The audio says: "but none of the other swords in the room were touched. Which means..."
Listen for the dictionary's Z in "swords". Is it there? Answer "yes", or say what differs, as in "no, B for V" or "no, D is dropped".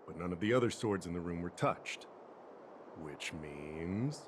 yes